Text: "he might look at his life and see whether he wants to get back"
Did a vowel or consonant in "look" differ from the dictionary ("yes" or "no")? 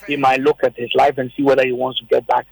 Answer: no